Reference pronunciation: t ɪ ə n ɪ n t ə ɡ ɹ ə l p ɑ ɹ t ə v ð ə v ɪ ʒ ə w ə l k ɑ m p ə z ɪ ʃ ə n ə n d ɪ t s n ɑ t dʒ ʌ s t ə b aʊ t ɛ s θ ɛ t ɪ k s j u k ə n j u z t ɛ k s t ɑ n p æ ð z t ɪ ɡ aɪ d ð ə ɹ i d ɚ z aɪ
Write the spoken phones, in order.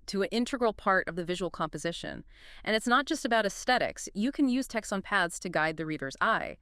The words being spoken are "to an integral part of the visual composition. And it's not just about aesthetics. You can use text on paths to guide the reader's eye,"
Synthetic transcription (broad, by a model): t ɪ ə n ɪ n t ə ɡ ɹ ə l p ɑ ɹ t ə v ð ə v ɪ ʒ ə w l k ɑ m p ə z ɪ ʃ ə n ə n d ɪ t s n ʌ t dʒ ʌ s t ə b aʊ t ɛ s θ ɛ t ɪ k s j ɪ k ə n j u z t ɛ k s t n p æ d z t ɪ ɡ aɪ d ð ə ɹ i d ɚ z aɪ